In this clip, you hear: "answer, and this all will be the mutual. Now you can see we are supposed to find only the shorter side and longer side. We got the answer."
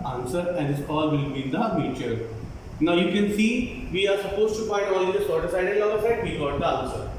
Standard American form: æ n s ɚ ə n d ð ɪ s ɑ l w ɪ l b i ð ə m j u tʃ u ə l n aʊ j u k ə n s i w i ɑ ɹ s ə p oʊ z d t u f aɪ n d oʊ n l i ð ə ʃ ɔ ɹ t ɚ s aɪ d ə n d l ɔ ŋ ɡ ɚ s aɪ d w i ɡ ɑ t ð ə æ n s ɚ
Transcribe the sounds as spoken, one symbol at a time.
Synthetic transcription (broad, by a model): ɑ n s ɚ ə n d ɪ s ɑ l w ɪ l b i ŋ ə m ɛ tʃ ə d n aʊ j u k ə n s i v i ɑ ɹ s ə p oʊ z t u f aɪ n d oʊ l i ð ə s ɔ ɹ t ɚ s aɪ d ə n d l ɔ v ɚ s aɪ d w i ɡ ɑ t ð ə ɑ n s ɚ